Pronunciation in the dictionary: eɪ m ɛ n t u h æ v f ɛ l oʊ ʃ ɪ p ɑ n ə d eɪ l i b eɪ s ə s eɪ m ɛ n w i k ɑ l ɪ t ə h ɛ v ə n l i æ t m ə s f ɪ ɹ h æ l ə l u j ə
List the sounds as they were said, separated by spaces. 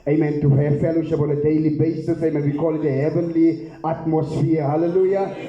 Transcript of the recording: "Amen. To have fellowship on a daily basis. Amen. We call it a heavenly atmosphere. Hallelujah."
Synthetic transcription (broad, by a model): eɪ m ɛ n t u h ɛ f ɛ l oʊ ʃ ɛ b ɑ l ə d eɪ l i b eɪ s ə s eɪ m ɛ n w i k ɑ l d ə h ɛ v ə n l i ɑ t m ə s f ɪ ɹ h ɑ l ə l u j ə